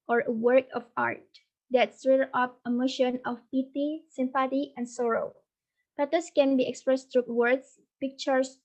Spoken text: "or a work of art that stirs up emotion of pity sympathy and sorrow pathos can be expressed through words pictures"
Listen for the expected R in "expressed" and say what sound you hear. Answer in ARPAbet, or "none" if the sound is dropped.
R